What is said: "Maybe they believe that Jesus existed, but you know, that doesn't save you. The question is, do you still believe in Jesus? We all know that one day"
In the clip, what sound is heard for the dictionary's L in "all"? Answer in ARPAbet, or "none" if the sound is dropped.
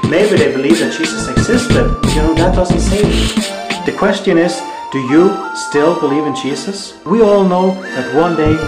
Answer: L